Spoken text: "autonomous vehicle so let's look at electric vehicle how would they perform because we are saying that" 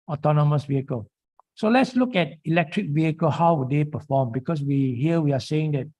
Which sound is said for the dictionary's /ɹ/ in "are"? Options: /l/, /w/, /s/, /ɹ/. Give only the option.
/w/